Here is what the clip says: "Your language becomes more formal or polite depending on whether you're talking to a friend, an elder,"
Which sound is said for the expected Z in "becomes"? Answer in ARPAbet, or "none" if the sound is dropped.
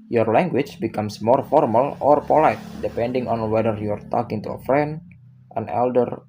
S